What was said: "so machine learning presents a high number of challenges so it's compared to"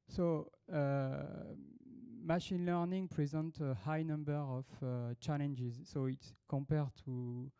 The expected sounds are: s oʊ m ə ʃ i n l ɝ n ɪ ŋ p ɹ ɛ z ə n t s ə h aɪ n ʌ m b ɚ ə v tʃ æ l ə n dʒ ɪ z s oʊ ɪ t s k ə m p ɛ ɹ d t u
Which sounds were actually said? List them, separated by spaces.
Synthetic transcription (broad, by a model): s oʊ m ə ʃ i n l ɝ n ɪ ŋ p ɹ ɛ z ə n t ə h aɪ n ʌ m b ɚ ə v tʃ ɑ l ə n dʒ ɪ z s oʊ ɪ t s k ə m p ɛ ɹ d t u